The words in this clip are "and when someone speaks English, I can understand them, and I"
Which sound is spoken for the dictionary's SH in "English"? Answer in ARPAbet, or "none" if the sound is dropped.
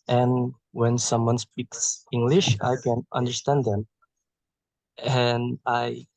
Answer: SH